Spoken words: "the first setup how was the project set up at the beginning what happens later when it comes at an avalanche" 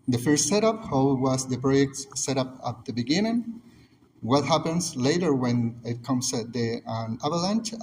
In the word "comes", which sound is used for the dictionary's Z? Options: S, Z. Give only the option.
S